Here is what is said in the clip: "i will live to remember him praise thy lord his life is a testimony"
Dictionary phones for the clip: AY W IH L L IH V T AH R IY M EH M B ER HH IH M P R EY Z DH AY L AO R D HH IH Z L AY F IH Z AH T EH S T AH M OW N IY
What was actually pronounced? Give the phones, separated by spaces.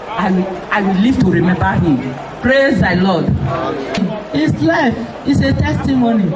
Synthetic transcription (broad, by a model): AY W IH W L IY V T AH R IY M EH M B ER HH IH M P R EY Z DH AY L AO D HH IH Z L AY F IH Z AH T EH S T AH M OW N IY